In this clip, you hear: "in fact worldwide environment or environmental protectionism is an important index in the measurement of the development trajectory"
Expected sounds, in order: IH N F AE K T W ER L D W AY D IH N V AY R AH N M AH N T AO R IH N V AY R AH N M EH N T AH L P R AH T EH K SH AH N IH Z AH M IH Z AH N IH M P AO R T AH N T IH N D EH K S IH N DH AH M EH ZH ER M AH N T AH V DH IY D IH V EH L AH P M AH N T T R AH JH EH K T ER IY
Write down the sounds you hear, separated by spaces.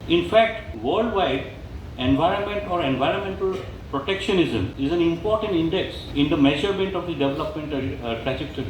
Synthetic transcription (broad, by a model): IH N F AE K T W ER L D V AY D IH N V AY R AH N M AH N T AO R IH N V AY R AH N M EH N T AH L P R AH T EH K SH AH N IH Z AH M IH Z AH N IH M P AO R T AH N T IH N D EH K S IH N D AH M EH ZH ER M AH N T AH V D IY D IH V EH L AH P M AH N T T R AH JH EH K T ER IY